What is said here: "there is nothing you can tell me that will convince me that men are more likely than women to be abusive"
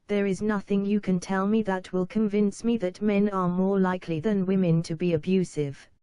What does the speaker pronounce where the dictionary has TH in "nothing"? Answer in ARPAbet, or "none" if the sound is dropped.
TH